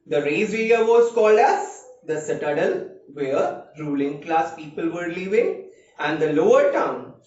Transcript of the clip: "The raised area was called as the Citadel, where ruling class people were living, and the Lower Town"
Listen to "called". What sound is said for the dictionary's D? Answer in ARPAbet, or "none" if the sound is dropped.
D